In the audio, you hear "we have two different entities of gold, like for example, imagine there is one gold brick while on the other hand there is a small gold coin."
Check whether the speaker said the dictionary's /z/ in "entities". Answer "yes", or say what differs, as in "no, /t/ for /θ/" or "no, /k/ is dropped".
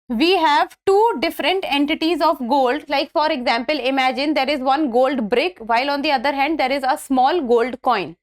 yes